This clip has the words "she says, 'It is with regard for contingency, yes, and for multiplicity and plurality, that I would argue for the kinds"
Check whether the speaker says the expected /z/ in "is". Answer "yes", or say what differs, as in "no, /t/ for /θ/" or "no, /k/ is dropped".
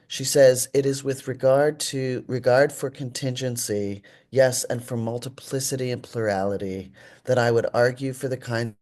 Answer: yes